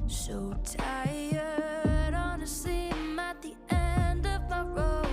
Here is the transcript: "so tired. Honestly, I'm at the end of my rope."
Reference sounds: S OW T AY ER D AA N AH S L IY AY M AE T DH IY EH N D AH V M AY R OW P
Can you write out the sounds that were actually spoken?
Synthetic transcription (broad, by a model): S OW T AY ER D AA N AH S IY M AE T DH IY EH N D AH V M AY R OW